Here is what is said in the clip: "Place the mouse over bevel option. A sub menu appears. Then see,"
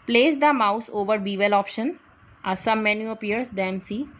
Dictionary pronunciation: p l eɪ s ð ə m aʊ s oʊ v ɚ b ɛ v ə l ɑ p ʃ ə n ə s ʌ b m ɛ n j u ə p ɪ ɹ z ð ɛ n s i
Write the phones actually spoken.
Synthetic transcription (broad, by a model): p l eɪ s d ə m aʊ s oʊ v ɚ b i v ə l ɑ p ʃ ə n ə s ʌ m ɛ n j u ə p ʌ ɹ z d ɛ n s i